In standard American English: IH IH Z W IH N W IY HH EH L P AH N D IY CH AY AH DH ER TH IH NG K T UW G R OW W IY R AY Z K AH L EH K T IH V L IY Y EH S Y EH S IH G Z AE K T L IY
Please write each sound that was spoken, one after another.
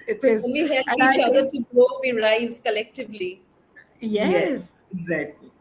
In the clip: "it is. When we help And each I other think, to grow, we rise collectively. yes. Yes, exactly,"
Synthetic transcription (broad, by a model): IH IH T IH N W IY HH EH L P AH IY CH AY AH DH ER T UW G OW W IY R AY Z K AH L EH K T IH V L IY Y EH Y EH S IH G Z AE K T L IY